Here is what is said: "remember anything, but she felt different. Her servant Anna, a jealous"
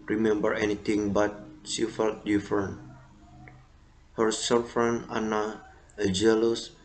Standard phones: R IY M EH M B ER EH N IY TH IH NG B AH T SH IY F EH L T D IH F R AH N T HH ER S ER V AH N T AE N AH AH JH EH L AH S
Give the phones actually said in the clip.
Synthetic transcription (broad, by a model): R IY M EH M B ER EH N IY T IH NG B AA T SH IY F EH L T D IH F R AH N HH ER S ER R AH N AA N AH AH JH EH L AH S